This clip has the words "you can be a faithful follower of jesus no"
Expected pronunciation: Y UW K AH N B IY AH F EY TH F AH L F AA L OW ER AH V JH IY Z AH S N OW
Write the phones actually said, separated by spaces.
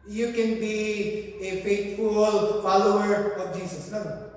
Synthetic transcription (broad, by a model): Y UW K AH N B IY AH F EY T F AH L F AA L OW ER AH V JH IY S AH S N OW